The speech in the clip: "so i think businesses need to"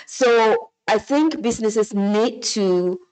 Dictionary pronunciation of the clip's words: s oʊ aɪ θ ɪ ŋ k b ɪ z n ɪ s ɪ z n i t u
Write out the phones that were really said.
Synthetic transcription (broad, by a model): s oʊ aɪ θ ɪ ŋ k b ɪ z n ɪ s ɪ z n i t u